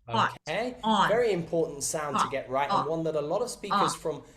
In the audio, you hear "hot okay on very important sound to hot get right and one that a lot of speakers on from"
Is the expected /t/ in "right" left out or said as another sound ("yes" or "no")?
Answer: no